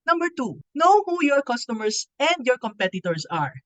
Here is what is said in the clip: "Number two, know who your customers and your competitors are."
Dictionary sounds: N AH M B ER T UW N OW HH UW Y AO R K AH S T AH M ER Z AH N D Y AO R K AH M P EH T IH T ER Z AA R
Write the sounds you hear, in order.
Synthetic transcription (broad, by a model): N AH M B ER T UW N OW HH UW Y AO R K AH S T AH M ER S AH N D Y AO R K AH M P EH T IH T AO S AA R